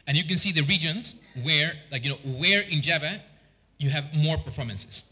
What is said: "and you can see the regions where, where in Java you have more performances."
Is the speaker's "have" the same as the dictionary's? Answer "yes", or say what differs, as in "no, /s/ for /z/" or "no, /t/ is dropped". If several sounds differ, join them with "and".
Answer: yes